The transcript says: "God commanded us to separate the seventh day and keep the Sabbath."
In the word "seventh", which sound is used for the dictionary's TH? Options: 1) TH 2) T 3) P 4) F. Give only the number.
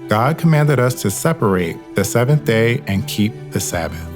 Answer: 1